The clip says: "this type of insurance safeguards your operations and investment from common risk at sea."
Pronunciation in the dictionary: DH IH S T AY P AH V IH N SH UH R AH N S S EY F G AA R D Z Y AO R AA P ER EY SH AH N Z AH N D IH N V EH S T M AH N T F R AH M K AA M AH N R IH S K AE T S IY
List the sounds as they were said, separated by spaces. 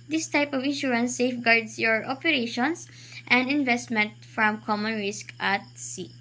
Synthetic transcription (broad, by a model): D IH S T AY P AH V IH N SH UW R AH N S S EY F G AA R D S Y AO R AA P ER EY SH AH N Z AH N D IH N V EH S T M AH N T F R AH M K AA M AH N R IH S K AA T S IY